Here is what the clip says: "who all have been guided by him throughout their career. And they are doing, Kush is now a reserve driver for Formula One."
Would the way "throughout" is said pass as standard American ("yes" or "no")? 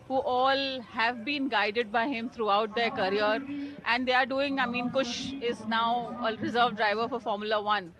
no